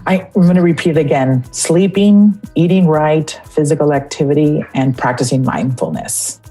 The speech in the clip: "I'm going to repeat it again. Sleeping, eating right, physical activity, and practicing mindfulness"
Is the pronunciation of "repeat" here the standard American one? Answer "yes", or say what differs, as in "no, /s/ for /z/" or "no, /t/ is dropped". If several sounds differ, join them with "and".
yes